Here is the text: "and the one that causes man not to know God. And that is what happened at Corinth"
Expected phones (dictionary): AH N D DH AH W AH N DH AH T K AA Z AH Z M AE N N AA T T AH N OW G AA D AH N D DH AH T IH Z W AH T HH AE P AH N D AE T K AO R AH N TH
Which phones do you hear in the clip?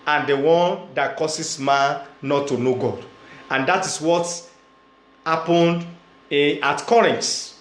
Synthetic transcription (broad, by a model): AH N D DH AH W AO N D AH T K AA S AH S M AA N N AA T T AH N OW G AA D AH N D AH T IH S W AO T HH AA P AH N D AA T K AO R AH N